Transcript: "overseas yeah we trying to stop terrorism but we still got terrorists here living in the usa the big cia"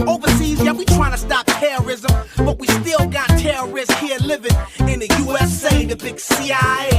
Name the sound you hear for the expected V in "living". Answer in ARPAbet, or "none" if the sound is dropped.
V